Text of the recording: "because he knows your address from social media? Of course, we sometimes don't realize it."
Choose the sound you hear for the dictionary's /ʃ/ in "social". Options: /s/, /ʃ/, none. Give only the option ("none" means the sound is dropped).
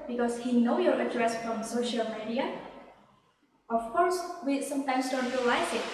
/ʃ/